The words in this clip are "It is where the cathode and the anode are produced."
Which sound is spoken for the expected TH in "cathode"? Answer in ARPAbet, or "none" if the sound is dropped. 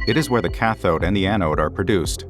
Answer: TH